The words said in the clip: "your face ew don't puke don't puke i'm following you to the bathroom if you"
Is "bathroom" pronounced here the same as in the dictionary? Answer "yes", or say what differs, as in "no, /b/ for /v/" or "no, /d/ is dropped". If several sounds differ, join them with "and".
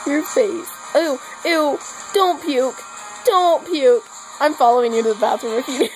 no, /ɹ/ is dropped